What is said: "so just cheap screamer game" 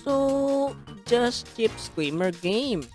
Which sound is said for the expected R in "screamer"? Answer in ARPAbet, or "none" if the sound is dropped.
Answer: L